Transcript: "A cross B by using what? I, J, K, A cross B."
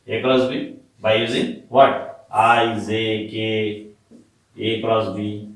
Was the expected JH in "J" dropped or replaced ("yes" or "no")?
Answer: yes